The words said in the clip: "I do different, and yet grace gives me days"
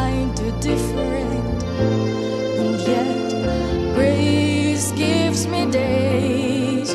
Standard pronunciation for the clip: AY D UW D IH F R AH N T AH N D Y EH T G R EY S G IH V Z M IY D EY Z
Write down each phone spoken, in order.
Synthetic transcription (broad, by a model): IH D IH D IH F R AH N T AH N Y EH T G R EY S G IH V Z M IY D EY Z